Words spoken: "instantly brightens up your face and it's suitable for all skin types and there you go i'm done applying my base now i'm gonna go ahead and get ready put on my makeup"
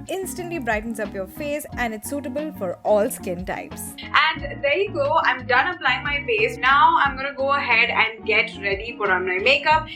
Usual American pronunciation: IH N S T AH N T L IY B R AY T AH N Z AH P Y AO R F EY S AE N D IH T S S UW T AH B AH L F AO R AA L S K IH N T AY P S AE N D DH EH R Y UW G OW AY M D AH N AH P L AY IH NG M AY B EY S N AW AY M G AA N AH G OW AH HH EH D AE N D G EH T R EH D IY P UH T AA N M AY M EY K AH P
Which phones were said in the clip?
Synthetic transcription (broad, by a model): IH N S T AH N T L IY B R AY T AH N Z AH P Y AO R F EY S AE N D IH T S S UW T AH B AH L F AO R AA L S K IH N T AY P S AE N D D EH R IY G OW AY M D AH N AH P L AY IH NG M AY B EY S N AW AY M G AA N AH G OW AH HH EH D AE N D G EH T R EH D IY F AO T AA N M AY M EY K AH P